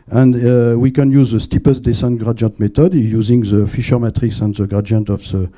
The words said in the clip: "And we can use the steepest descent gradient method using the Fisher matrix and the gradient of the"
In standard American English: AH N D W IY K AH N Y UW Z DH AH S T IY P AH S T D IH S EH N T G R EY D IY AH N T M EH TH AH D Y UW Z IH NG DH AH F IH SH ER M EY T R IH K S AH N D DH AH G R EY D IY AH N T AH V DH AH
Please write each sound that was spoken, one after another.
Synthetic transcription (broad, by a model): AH N D W IY K AH N Y UW Z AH S T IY P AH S D IH S EH N T G R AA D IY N T M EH T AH D Y UW Z IH NG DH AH F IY SH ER M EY T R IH K S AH N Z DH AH G R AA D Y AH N T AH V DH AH